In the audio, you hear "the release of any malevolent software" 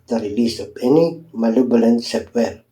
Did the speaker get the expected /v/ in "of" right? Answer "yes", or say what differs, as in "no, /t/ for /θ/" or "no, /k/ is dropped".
no, /p/ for /v/